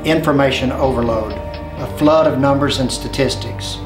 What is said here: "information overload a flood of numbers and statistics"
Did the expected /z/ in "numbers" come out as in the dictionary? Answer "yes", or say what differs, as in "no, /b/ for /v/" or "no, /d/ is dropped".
yes